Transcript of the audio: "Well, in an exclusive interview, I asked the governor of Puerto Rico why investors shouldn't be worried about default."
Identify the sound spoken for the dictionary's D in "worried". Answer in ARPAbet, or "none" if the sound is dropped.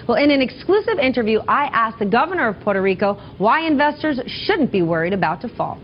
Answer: D